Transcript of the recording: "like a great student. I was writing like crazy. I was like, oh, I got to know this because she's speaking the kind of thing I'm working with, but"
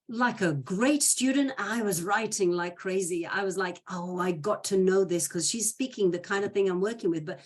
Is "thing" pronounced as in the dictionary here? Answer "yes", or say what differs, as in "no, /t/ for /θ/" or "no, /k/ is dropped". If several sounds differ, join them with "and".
yes